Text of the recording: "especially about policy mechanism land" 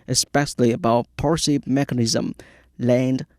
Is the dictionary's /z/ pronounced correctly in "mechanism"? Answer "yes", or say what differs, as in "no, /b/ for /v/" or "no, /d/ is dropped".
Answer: yes